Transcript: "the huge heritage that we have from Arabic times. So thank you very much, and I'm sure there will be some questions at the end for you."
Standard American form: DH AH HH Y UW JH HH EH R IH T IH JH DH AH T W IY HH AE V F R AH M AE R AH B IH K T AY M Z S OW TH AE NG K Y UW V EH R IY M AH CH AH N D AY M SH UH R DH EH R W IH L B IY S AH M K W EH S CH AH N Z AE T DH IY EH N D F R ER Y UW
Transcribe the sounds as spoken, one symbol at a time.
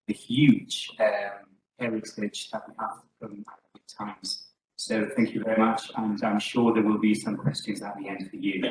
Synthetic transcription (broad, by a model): DH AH HH Y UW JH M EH R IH S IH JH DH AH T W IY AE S F R AH M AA AH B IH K T AY M Z S OW TH AE NG K Y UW V EH R IY M AH CH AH N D AY M SH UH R DH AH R W IH L B IY S AH M K W EH S CH AH N Z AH T DH IY EH N D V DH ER Y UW